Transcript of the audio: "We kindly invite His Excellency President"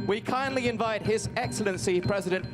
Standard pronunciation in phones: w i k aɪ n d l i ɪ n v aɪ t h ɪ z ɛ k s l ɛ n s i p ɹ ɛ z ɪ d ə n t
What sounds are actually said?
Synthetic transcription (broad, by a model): w i k aɪ n d l i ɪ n v aɪ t h ɪ z ɛ k s l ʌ n s i p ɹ ɛ z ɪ d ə n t